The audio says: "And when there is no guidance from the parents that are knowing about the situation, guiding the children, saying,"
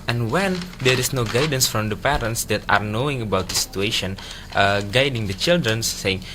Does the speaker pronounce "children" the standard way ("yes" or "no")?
yes